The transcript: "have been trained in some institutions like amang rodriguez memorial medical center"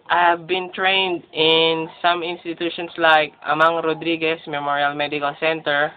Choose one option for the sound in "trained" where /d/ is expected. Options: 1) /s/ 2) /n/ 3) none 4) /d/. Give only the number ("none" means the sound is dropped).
4